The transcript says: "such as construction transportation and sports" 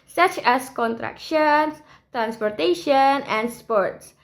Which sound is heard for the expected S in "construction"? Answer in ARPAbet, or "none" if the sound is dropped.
none